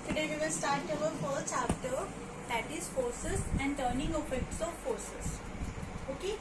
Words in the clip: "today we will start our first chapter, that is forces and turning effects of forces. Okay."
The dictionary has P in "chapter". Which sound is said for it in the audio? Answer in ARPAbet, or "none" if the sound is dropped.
F